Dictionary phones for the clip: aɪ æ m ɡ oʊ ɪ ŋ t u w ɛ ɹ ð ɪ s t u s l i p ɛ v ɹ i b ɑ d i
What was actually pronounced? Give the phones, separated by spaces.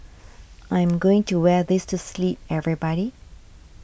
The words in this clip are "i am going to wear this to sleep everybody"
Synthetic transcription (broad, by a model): aɪ m ɡ oʊ ɪ ŋ t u w ɛ ɹ ð ɪ s t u s l i p ɛ v ɹ i b ɑ d i